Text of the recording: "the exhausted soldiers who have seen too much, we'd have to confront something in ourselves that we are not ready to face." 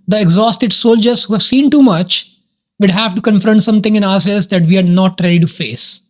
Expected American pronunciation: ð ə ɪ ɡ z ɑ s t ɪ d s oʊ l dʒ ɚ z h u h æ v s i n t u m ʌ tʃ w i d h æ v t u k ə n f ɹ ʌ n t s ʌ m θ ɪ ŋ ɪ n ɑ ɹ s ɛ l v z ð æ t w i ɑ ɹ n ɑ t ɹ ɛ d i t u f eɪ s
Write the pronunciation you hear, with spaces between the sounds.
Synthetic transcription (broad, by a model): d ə ɪ ɡ z ɑ s t ɪ d s oʊ l dʒ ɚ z h u h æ v s i n t u m ʌ tʃ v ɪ d h æ v t u k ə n f ɹ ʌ n t s ʌ m t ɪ ŋ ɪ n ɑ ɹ s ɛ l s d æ t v i ɑ ɹ n ɑ t ɹ ɛ d i t u f eɪ s